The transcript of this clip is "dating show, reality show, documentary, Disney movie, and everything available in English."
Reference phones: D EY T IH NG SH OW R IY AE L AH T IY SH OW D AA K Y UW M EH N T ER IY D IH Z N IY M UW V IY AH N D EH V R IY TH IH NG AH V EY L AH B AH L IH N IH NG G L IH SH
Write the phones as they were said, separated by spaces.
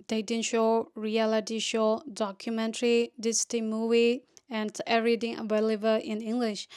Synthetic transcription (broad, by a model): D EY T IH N SH OW R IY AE L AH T IY SH OW D AA K Y UW M EH N T ER IY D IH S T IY M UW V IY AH N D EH R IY T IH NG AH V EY L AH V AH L IH N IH NG G L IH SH